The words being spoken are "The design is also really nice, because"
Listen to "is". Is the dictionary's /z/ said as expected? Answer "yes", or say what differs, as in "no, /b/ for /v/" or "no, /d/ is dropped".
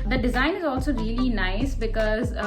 yes